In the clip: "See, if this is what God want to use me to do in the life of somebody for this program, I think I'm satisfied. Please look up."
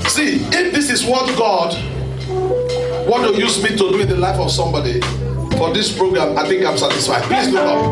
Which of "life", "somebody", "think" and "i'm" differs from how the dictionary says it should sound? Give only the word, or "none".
none